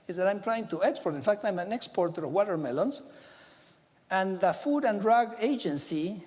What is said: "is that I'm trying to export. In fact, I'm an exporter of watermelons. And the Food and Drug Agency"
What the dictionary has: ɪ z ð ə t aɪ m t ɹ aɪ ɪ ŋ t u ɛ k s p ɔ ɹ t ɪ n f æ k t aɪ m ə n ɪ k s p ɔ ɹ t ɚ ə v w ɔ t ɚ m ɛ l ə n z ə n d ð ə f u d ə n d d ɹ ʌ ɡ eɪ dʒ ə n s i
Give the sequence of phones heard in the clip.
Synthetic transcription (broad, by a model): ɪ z ð ə t aɪ m t ɹ aɪ ɪ ŋ t u ɛ k s p ɔ ɹ t ɪ n f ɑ k t aɪ m ə n ɪ k s p ɔ ɹ t ɚ ə v w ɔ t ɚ m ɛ l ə n s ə n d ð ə f u d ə n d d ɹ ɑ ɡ eɪ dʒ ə n s i